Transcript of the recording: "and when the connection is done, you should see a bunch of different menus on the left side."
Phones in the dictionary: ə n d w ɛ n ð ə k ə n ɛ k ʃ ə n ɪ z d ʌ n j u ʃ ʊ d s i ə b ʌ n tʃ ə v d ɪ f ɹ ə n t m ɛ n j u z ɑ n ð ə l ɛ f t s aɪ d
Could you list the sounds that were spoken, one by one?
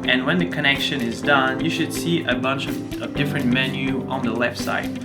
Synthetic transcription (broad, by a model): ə n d w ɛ n ð ə k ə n ɛ k ʃ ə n ɪ z d ʌ n j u ʃ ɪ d s i ə b ʌ n tʃ ə v d ɪ f ɹ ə n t m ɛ n j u ɑ n ð ə l ɛ f t s aɪ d